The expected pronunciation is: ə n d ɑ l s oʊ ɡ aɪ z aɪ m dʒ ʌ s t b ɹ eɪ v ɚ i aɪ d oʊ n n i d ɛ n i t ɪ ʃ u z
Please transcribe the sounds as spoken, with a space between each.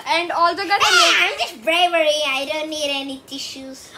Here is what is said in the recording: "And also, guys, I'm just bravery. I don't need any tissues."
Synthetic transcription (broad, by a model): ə n d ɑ l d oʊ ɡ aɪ aɪ m dʒ ʌ s t b ɹ eɪ v ɚ i aɪ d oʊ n n i d ɛ n i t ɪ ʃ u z